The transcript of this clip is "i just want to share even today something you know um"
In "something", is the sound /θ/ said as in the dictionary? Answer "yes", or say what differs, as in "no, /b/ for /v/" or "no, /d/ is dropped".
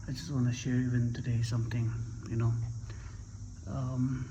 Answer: no, /t/ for /θ/